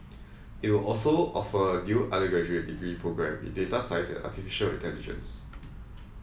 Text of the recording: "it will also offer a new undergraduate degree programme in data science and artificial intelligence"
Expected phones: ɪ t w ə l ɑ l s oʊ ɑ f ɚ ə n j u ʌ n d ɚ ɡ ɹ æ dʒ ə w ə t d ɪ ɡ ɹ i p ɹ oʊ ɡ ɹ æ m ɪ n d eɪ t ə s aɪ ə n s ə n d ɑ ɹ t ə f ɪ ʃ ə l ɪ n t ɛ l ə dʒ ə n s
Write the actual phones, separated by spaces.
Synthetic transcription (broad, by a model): ɪ t w ə l ɑ l s oʊ ɑ f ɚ ə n j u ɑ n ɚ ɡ ɔ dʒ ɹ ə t d ɪ ɡ ɹ i p ɹ oʊ ɡ ɹ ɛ m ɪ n d eɪ t ə s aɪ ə s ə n ɑ t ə f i ʃ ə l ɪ t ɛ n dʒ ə n s